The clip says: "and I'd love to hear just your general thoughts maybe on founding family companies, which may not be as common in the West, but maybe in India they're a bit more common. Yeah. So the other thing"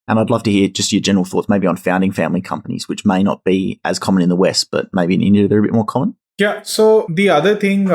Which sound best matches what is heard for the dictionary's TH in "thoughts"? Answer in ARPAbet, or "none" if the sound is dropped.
TH